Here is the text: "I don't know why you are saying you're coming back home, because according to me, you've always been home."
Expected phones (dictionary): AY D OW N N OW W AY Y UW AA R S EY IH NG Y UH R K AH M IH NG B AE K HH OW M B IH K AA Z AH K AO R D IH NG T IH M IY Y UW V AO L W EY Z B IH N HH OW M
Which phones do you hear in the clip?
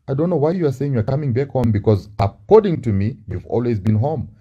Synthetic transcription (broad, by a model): AY D OW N N OW W AY Y UW AA R S EY IH NG Y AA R K AH M IH NG B AE K HH OW M B IH K AA Z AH K AO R D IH NG T IH M IY Y UW V AO L W EY Z B IH N HH OW M